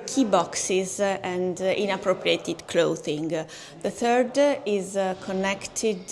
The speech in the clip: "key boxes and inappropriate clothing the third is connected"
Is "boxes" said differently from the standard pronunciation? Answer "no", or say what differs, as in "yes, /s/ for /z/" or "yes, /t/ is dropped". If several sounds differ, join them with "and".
no